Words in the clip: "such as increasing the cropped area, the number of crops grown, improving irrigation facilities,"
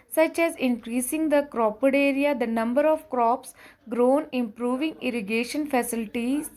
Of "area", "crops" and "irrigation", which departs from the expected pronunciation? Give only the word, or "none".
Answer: none